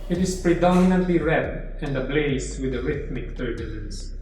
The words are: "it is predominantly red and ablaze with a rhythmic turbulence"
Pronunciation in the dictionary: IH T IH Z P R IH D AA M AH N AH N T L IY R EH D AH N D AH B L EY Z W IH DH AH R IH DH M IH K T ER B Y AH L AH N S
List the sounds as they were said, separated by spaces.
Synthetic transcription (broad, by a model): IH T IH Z P R IH D AA M AH N AH N T L IY R EH D AH N D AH B L EY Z W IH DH AH R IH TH M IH K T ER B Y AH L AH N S